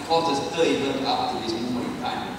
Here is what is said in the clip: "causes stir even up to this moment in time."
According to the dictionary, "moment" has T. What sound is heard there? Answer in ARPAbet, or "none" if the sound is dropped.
none